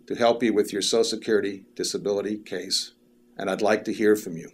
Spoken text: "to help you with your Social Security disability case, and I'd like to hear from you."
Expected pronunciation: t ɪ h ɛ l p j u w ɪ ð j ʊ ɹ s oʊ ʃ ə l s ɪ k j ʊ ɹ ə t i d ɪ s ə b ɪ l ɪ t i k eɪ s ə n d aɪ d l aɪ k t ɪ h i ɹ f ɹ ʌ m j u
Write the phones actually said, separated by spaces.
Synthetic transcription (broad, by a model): t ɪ h ɛ l p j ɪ w ɪ ð j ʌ ɹ s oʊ ə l s ɪ k j ʊ ɹ ə t i d ɪ s ə b ɪ l ɪ t i k eɪ s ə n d aɪ d l aɪ k t ɪ h i ɹ f ɹ ʌ m j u